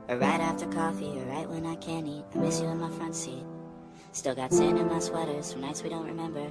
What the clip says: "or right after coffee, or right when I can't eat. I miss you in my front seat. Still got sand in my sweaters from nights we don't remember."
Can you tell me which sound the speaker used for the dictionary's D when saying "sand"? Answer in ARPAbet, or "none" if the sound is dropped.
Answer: none